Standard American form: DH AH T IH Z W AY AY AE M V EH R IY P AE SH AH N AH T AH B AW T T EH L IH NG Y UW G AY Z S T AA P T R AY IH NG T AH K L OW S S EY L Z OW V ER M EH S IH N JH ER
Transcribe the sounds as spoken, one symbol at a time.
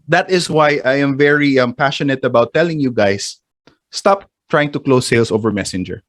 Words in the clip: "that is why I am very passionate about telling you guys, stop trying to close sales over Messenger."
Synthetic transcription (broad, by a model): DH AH T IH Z W AY AY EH M V EH R IY P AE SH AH N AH T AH B AW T T EH L IH NG Y UW G AY S T AA P T R AY IH NG T AH K L OW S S EY L S OW V ER M EH S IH N JH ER